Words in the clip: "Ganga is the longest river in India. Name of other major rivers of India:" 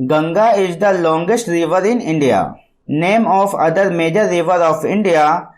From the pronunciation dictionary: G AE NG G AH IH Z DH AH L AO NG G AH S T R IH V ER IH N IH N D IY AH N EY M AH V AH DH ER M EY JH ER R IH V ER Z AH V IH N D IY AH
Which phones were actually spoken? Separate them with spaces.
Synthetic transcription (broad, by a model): G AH NG G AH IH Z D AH L AO NG G AH S T R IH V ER IH N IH N D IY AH N EY M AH F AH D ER M EY JH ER R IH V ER AH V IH N D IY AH